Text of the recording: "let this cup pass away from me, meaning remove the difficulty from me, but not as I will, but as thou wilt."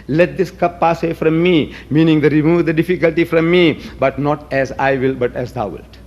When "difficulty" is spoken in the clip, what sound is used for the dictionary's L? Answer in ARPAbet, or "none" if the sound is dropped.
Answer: L